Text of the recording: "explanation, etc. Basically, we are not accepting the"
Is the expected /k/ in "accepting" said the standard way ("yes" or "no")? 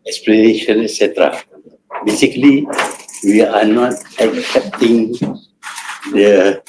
yes